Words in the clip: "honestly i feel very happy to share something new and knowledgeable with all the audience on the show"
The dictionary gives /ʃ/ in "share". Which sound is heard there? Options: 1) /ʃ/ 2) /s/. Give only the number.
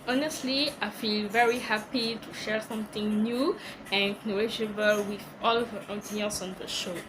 1